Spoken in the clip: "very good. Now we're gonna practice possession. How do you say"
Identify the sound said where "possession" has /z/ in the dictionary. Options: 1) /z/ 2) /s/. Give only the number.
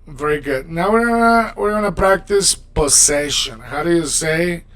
2